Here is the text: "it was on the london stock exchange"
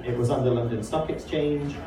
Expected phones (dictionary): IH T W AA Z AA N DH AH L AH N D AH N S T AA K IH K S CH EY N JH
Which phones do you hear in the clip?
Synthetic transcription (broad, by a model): IH T W AA Z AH N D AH L AH N D AH N S T AA K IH K S CH EY N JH